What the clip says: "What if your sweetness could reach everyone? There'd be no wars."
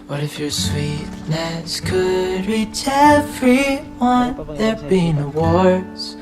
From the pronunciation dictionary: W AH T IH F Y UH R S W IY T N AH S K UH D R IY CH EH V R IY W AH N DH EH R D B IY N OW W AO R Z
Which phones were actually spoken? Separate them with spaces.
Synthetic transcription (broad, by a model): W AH T IH F Y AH R S W IY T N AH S K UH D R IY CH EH F R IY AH N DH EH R B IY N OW W AO R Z